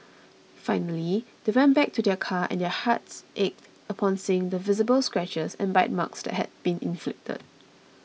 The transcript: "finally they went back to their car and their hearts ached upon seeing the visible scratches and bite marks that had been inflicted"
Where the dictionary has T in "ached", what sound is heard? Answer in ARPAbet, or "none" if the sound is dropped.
T